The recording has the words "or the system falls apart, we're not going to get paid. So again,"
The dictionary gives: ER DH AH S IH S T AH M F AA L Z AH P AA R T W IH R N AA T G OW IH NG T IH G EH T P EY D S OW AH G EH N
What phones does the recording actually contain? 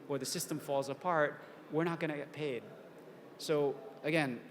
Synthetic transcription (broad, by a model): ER DH AH S IH S T AH M F AA L Z AH P AA R T W IH R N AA T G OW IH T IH G EH T P EY D S OW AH G EH N